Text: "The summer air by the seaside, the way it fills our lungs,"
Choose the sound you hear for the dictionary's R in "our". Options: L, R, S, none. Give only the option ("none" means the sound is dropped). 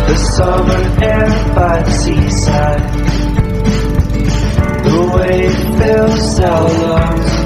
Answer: L